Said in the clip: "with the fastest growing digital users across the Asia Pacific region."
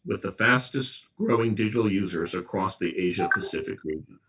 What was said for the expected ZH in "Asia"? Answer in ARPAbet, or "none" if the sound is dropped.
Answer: ZH